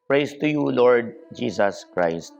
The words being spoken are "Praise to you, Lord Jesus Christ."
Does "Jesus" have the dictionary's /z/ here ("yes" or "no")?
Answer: no